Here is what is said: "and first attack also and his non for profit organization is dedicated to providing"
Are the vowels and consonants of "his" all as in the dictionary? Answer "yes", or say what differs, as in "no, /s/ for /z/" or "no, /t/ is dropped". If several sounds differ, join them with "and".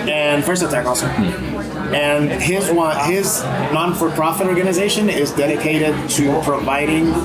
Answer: yes